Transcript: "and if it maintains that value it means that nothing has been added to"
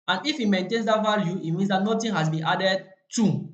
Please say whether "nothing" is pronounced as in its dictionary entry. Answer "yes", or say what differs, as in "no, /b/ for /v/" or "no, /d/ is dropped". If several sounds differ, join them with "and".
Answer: no, /t/ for /θ/